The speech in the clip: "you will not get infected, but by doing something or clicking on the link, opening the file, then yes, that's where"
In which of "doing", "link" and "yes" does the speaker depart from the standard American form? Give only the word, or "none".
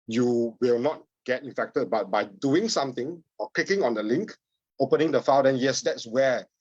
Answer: none